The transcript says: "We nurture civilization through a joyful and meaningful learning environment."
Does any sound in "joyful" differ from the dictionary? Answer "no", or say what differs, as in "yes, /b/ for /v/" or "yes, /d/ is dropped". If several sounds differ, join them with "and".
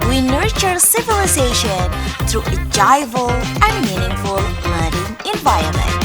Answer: yes, /f/ is dropped